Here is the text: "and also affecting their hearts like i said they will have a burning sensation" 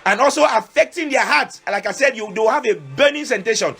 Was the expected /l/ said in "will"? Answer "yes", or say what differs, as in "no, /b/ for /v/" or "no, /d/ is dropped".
no, /w/ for /l/